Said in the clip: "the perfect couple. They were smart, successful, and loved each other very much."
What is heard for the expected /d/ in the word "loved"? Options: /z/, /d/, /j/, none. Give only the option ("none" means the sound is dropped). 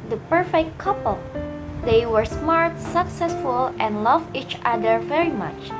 none